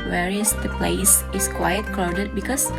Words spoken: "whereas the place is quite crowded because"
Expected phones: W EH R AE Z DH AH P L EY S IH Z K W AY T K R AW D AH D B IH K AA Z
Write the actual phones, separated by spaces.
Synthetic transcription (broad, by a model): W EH R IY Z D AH P L EY S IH S K W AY T K AW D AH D B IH K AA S